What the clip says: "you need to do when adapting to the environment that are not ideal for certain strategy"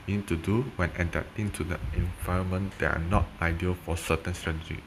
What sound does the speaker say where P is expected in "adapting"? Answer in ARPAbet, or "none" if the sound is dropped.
none